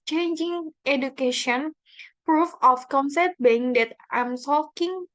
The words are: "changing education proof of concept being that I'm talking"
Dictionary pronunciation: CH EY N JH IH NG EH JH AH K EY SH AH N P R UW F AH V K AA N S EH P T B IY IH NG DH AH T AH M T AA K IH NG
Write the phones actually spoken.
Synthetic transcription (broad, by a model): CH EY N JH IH NG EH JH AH K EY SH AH N P R UW F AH F K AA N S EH T B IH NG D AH T AH M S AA K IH NG